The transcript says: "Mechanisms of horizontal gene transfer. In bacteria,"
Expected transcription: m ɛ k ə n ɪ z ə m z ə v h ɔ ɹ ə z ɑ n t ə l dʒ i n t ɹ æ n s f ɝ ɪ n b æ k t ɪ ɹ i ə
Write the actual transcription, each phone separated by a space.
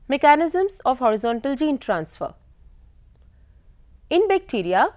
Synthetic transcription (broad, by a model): m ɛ k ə n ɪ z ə m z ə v h ɔ ɹ ə z ɑ n t ə l dʒ i n t ɹ æ n s f ɝ ɪ n b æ k t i ɹ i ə